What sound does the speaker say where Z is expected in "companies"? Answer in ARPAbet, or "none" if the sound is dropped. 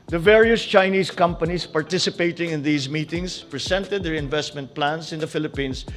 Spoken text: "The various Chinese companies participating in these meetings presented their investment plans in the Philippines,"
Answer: S